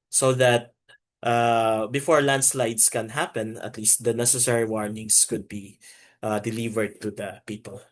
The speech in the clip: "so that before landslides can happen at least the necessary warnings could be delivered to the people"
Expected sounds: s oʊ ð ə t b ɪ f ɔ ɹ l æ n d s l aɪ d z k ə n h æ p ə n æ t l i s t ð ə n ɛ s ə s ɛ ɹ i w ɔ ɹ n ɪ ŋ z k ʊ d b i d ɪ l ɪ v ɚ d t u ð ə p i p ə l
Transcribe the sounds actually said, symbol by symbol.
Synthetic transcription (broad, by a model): s oʊ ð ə t b ɪ f ɔ ɹ l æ n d s l aɪ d s k ə n h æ p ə n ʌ t l i s t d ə n ɛ s ə s ɛ ɹ i w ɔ ɹ n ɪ ŋ s k ʊ d b i d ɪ l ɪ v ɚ d t u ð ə p i p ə l